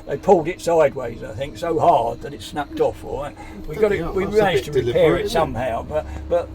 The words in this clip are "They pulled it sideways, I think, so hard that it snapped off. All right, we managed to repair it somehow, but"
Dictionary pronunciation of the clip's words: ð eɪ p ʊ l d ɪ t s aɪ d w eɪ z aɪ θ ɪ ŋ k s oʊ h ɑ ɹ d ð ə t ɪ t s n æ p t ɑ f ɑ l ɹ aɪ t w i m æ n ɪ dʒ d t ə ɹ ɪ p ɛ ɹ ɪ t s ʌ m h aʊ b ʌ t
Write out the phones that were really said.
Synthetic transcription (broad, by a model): ð eɪ p ʊ l d ɪ t s aɪ d w eɪ z aɪ θ ɪ ŋ k s oʊ h ɑ ɹ d ð ə t ɪ t s n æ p t ɑ f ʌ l w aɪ t w i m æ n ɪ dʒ t ə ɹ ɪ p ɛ ɹ ɪ t s ʌ m h aʊ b ʌ t